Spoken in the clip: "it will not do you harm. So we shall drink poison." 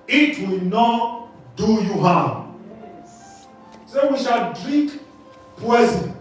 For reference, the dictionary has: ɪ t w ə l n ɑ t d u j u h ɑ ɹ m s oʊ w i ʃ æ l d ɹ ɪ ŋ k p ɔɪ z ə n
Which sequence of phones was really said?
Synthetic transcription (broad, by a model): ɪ t w ə l n ɑ t d u j u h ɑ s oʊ w i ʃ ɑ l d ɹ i k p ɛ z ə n